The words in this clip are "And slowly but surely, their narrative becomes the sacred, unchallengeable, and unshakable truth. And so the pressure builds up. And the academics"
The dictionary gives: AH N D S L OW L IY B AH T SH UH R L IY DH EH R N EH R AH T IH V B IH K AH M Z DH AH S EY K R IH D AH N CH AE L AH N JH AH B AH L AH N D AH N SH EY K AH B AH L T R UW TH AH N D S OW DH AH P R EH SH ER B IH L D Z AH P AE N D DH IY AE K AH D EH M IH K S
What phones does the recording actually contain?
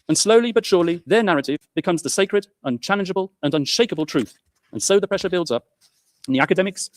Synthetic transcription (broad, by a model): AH N S L OW L IY B AH T SH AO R L IY DH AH R N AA R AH T IH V B IH K AH M Z DH AH S EY K R IH D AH N CH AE L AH N JH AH B AH L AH N AH N SH EY K AH B AH L T R UW TH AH N S OW DH AH P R EH SH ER B IH L D Z AH P N DH IY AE K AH D EH M IH K S